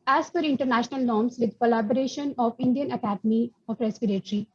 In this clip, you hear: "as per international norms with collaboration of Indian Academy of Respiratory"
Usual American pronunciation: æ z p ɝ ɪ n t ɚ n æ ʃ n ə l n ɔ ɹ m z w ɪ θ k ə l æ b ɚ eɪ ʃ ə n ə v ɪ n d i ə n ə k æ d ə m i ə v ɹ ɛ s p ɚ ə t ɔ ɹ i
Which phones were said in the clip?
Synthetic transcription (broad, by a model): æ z f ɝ ɪ n t ɚ n æ ʃ n ə l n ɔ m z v ɪ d k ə l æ b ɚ eɪ ʃ ə n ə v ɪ n d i ə n ə k æ d ə m i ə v ɹ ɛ s p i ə t ɹ i